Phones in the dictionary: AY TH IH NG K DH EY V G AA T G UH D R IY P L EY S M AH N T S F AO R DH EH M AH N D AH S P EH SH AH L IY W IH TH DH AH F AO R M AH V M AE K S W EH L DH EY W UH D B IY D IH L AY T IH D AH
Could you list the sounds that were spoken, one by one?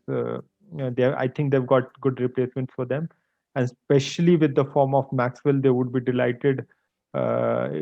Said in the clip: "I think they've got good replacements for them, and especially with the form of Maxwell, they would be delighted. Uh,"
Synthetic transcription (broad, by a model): AY T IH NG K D EY V G AA T G UH D R IY P L EY S M AH N T S F AO R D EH M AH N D S P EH SH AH L IY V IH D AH F AO R M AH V M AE K S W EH L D EY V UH D B IY D IH L AY T IH D